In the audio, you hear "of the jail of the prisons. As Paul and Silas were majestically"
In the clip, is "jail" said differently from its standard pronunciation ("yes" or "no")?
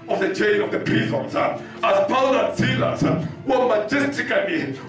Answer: yes